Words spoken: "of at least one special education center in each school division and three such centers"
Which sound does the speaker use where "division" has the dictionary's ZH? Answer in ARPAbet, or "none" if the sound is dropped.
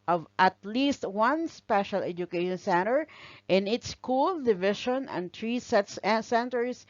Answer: SH